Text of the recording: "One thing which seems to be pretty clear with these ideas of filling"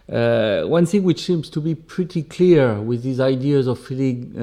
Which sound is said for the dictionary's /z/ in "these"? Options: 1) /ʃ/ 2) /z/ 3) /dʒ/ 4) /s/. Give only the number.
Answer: 2